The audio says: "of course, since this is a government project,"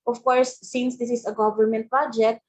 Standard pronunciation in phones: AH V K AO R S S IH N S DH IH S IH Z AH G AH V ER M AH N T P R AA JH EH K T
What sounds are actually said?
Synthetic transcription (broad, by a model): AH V K AO R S S IH N S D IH S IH S AH G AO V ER M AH N T P R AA JH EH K T